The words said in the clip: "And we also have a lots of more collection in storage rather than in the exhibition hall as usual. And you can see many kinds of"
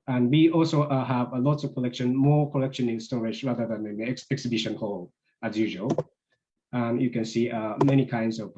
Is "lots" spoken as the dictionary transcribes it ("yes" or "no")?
yes